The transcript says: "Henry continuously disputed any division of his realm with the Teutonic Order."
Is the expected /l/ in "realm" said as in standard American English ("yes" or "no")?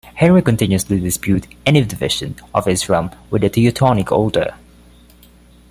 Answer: no